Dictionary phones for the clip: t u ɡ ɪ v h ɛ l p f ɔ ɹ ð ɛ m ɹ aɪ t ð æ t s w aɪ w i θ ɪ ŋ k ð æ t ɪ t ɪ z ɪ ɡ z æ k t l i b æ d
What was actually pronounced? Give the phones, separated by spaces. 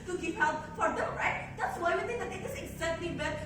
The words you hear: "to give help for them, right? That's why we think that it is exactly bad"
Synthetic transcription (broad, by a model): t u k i p h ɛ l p f ɔ ɹ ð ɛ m ɹ aɪ t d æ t s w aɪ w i t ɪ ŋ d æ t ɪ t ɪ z ɪ ɡ z æ k t l i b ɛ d